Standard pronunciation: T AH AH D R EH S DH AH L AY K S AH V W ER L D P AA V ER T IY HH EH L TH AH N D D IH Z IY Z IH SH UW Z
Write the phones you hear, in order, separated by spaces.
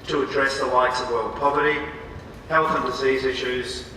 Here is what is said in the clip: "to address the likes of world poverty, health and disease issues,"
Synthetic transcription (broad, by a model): T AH AH D R EH S DH AH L AY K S AH V W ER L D P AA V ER T IY HH EH L TH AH N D D IH Z IY Z IH SH UW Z